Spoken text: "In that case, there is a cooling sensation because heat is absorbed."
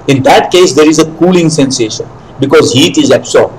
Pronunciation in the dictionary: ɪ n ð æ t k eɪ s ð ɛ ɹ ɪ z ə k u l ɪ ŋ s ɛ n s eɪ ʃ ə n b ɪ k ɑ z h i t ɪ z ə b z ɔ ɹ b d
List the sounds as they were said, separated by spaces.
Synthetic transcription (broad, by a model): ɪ n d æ t k eɪ s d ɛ ɹ ɪ z ə k u l ɪ ŋ s ɛ n s eɪ ʃ ə n b ɪ k ɑ z h i t ɪ z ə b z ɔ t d